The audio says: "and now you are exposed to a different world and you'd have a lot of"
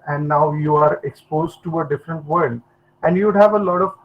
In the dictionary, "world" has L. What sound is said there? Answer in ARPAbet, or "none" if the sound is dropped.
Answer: none